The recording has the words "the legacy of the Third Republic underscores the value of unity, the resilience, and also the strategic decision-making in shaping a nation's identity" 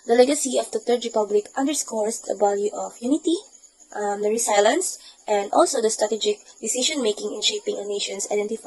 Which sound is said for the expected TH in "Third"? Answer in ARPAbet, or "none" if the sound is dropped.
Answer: T